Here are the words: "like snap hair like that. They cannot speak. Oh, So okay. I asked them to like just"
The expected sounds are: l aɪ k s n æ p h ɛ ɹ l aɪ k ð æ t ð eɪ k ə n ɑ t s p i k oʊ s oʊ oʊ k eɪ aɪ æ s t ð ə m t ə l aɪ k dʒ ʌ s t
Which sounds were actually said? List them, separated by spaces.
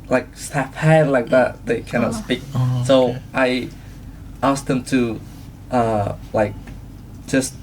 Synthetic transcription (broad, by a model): l aɪ k s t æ f h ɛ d l aɪ k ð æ t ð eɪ k ə n ɑ t s p i k s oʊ oʊ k aɪ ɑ s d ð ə m t ə l aɪ k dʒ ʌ s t